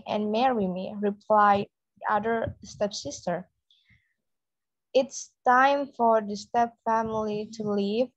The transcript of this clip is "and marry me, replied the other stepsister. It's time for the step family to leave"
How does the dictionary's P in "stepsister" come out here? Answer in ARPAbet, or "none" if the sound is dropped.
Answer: P